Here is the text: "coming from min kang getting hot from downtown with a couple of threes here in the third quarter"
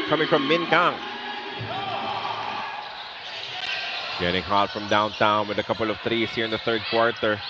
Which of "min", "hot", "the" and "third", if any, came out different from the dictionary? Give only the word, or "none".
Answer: none